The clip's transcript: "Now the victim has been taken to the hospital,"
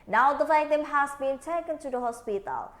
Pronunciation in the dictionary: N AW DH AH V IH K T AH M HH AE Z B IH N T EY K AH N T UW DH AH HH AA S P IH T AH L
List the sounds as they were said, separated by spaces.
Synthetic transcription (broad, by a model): N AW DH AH F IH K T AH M HH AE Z B IH N T EY K AH N T UW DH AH HH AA S P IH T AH L